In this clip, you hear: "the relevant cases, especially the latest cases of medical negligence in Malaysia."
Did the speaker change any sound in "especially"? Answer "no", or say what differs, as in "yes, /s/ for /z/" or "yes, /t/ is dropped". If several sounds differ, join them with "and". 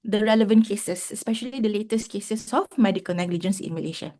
no